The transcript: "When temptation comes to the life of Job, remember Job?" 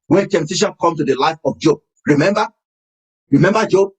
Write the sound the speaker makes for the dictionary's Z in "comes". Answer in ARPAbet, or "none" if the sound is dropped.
none